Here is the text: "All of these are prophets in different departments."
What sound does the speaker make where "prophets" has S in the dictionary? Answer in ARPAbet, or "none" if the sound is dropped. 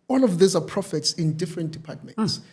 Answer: S